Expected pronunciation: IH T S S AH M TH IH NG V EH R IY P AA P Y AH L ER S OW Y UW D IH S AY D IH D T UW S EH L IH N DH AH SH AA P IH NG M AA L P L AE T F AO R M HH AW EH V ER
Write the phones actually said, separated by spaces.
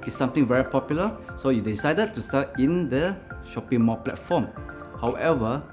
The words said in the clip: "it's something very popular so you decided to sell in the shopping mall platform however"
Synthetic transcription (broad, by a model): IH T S S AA M T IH NG V EH R IY P AA P Y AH L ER S OW Y UW D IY S AY D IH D T UW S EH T IH N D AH SH AA P IH NG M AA P L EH T F AO M HH AW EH V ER